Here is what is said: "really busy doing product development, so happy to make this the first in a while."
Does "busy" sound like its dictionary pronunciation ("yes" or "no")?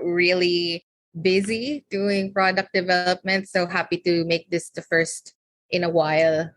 yes